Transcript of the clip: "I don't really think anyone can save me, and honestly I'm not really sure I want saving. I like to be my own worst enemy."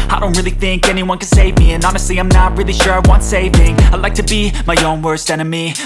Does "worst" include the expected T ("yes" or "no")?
yes